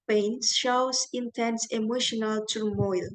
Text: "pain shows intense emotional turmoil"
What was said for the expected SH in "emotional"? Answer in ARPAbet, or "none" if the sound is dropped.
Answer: SH